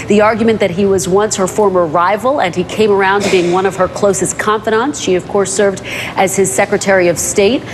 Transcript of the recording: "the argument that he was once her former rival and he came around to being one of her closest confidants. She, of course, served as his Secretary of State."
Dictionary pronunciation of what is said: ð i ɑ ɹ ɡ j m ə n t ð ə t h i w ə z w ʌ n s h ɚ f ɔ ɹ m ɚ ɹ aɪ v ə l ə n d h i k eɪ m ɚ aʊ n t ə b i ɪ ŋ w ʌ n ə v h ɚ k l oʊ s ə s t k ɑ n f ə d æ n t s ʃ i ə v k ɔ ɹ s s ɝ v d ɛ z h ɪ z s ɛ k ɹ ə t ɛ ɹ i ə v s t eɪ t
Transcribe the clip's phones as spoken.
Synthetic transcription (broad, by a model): ð i ɑ ɹ ɡ j m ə n ð ə t h i w ə z w ʌ n s h ɚ f ɔ ɹ m ɚ ɹ aɪ v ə l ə n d i k eɪ m ɚ aʊ n b i ɪ ŋ w ʌ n ə v ɚ k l oʊ s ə s k ɑ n f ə d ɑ n t s ʃ i ə v k ɔ ɹ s s ɝ v d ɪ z ɪ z s ɛ k ɹ ə t ɛ ɹ i ə v s t eɪ t